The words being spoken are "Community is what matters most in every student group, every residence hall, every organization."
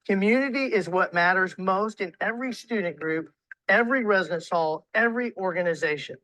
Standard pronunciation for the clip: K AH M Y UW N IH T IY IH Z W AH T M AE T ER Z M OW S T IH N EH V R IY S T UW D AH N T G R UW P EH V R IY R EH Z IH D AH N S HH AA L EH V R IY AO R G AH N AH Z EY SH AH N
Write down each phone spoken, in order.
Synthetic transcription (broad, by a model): K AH M Y UW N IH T IY IH Z W AH T M AE T ER Z M OW S T IH N EH V R IY S T UW D N G R UW P EH V R IY R EH Z IH D AH N S HH AA L EH V R IY AO R G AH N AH Z EY SH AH N